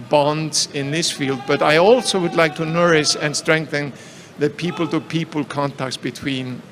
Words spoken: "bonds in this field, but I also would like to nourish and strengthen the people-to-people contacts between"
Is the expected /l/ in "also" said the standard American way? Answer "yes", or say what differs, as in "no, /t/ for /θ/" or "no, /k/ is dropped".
yes